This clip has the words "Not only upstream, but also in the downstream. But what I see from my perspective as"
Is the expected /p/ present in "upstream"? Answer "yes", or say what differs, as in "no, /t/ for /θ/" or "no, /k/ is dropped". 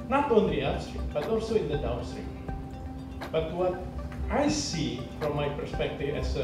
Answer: no, /p/ is dropped